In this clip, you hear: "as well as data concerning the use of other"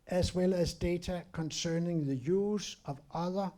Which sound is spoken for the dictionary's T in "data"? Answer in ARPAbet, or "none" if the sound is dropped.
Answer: S